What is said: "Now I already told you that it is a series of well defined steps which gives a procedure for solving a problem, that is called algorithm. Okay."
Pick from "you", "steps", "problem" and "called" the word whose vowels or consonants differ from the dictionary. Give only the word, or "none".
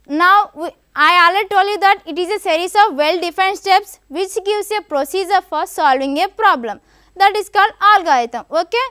called